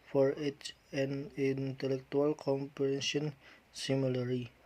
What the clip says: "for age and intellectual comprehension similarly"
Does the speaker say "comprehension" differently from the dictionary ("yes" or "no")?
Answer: yes